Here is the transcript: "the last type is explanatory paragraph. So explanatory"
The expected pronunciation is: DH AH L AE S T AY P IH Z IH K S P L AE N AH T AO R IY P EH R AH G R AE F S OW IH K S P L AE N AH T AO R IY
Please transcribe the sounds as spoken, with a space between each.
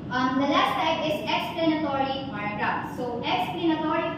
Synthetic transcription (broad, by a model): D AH L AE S T AY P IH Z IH K S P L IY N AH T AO R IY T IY AH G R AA P S OW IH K S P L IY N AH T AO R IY